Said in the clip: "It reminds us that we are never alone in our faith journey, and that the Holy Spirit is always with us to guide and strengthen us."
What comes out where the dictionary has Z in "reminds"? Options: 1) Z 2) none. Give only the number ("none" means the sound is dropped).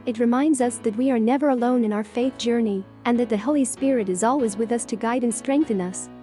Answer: 1